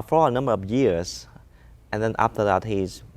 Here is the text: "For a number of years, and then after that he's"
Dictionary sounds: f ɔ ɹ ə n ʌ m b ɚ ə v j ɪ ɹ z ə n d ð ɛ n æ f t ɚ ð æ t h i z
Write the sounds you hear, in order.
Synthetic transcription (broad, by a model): f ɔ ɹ ə n ʌ m b ɚ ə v j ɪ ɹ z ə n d ð ɛ n æ f t ɚ ð æ t h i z